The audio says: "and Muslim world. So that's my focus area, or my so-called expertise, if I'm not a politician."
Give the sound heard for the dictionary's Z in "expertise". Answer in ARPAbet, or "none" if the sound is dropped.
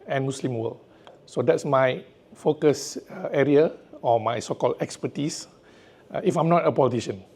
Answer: S